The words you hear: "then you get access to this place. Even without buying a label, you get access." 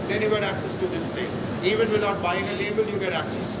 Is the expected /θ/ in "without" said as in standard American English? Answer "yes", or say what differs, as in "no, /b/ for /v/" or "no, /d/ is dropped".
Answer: no, /t/ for /θ/